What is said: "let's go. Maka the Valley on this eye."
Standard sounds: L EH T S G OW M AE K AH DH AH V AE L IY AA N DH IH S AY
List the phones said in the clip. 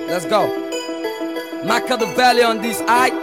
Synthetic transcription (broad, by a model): L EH T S G OW M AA K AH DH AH B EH L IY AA N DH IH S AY